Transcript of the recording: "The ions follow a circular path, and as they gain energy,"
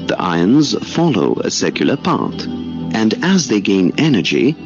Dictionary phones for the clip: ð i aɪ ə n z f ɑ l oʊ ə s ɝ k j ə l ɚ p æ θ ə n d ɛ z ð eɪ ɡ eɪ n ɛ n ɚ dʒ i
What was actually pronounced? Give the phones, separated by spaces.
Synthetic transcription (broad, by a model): ð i aɪ ə n z f ɑ l oʊ ə s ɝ k j l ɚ p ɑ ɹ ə n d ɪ z ð eɪ ɡ eɪ n ɛ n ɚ dʒ i